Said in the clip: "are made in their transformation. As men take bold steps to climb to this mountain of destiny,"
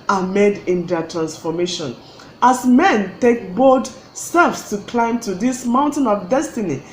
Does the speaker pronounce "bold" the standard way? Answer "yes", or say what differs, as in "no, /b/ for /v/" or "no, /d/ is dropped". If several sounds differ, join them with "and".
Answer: no, /l/ is dropped